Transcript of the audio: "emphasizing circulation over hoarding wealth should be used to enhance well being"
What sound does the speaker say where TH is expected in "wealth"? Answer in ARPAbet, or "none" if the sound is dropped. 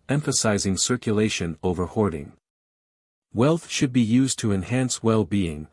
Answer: TH